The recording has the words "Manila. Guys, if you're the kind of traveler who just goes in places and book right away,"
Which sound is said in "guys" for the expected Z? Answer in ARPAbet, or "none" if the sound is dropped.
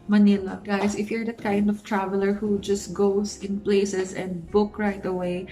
S